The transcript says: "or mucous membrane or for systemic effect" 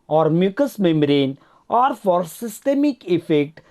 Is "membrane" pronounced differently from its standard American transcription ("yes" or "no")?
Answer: yes